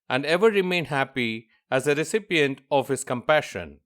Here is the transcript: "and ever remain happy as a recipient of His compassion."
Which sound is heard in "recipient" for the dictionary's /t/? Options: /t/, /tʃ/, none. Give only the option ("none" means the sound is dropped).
/t/